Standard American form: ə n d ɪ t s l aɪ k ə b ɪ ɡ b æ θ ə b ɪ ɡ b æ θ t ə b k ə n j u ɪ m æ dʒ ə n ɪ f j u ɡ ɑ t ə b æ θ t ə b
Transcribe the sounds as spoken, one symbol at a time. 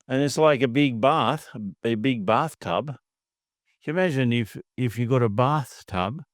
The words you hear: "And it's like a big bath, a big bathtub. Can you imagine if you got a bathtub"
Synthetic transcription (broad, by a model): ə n ɪ t s l aɪ k ə b ɪ ɡ b æ θ ə b ɪ ɡ b æ θ t ə b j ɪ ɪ m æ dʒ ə n ɪ f j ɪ ɡ ɑ t ə b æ θ t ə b